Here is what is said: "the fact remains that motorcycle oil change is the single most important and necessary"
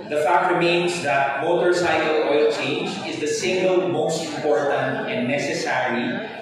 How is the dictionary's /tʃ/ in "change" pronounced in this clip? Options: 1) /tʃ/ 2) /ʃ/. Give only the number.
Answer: 1